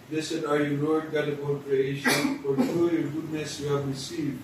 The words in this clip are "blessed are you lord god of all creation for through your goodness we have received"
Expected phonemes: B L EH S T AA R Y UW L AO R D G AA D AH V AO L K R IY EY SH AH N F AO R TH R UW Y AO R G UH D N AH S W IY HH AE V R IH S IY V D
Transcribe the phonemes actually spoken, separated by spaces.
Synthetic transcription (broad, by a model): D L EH S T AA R Y UW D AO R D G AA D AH B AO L K R IY EY SH AH N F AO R T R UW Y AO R G UH D N AH S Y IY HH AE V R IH S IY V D